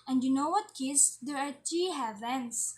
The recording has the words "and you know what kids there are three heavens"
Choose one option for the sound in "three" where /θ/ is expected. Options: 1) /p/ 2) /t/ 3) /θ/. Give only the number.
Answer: 2